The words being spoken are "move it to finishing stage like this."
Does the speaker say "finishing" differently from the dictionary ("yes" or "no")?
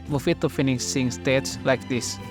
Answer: yes